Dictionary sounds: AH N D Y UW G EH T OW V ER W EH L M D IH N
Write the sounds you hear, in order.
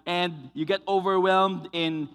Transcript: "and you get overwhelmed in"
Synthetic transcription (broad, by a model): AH N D Y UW G EH T OW V ER W EH L M D IH N